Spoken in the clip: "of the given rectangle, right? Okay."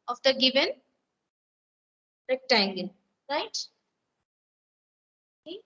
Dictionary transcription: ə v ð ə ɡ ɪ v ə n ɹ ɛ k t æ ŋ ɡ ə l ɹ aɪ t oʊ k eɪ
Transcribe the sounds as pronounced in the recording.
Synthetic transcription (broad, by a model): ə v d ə ɡ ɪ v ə n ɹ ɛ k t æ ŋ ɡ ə n ɹ aɪ t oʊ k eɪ